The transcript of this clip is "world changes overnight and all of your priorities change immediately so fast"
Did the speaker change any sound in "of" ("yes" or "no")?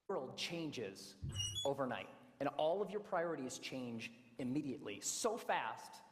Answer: no